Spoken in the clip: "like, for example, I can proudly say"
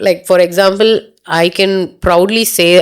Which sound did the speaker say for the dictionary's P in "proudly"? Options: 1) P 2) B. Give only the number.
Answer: 1